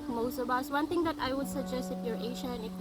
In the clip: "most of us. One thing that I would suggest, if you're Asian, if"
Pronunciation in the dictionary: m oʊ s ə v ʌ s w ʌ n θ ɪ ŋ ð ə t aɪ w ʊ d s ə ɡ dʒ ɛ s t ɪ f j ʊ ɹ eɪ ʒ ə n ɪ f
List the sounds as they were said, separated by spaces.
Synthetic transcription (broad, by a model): m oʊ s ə b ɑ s w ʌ n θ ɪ ŋ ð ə t aɪ w ʊ d s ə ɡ dʒ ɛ s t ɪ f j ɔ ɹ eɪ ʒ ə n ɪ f